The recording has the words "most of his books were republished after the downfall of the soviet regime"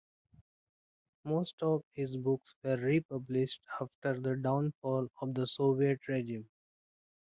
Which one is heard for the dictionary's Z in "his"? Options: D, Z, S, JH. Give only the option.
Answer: Z